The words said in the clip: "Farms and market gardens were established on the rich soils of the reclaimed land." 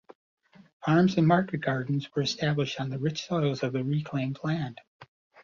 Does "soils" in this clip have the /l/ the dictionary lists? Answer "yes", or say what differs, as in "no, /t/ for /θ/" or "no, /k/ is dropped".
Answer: yes